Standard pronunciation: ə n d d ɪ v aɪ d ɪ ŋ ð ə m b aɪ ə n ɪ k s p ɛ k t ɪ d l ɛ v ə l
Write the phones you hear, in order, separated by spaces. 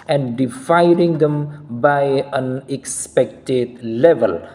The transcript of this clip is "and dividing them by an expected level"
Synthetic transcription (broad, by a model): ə n d d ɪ f aɪ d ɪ ŋ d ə m b aɪ ə n ɪ k s p ɛ k t ɪ d l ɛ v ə l